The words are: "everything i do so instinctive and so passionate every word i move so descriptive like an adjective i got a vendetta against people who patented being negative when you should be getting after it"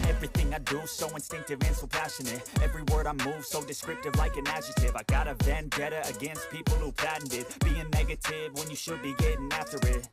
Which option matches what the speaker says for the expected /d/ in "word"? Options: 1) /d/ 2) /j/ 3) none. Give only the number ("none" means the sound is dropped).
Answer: 1